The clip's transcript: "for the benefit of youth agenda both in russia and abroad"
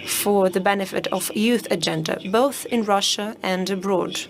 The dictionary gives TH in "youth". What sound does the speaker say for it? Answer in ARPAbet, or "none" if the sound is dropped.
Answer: TH